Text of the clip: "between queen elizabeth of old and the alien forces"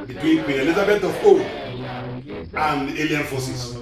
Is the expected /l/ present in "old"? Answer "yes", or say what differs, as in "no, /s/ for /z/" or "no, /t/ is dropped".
no, /l/ is dropped